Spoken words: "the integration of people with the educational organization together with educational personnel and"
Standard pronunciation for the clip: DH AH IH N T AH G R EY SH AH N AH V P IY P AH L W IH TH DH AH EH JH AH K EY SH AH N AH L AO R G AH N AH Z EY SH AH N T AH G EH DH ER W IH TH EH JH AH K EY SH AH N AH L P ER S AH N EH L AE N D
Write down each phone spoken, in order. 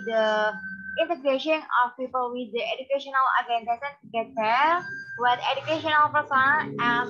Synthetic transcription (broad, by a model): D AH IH N T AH G R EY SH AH N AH F P IY P AH L W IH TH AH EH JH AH K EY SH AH N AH L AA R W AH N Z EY S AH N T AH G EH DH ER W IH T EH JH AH K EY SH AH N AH L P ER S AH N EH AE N